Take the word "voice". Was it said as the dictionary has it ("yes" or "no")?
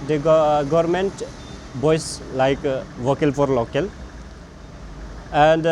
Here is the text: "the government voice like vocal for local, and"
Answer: no